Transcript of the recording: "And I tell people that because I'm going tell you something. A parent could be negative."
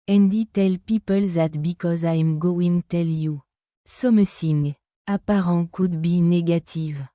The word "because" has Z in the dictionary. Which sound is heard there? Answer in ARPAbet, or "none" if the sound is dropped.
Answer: Z